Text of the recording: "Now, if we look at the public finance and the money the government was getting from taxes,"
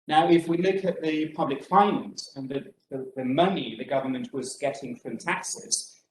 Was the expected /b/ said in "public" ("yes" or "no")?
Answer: yes